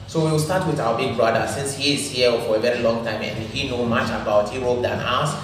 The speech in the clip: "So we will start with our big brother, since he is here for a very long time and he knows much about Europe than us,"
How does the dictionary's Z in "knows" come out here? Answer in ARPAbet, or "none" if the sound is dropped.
none